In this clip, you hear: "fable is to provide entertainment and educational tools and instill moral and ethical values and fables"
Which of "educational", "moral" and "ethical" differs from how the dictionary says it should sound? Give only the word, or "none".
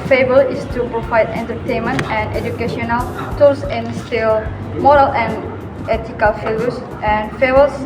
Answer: ethical